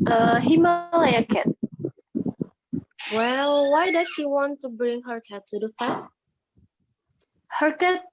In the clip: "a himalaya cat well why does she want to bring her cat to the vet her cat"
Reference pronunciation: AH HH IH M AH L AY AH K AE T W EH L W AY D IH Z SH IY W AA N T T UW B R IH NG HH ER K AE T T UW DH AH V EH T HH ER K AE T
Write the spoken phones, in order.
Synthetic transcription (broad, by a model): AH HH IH M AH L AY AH K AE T W EH L W AY D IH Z SH IY W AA N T T UW B R IH NG HH ER K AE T T UW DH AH F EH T HH ER K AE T